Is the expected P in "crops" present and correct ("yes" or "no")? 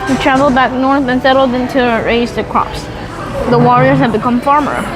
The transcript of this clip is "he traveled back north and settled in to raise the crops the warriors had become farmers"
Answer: yes